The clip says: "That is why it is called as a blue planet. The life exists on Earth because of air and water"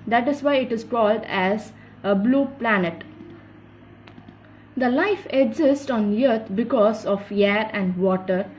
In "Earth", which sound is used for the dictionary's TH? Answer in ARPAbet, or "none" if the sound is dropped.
T